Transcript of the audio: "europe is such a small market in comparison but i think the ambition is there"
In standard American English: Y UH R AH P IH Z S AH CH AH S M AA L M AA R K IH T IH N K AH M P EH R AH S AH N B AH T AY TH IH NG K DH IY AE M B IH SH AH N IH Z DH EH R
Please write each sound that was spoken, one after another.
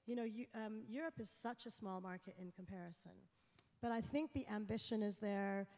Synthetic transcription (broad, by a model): Y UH R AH P IH Z S AH CH AH S M AA L M AA R K IH T IH N K AH M P EH R AH S AH N B AH T AY TH IH NG K DH IY AE M B IH SH AH N IH Z DH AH R